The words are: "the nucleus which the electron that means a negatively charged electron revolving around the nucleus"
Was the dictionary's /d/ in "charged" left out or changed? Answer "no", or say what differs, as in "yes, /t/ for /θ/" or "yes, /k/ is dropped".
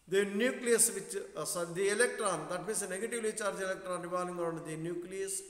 yes, /d/ is dropped